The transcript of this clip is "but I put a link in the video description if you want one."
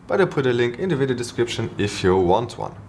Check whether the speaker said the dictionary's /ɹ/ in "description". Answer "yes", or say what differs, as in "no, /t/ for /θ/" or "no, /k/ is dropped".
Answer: yes